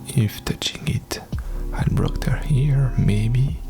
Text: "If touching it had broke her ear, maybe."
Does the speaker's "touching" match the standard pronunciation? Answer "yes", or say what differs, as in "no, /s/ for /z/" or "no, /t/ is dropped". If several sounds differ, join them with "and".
yes